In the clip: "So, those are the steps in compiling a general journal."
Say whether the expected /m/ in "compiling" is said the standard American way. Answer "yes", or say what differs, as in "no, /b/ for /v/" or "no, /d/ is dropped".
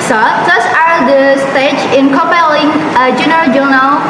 no, /m/ is dropped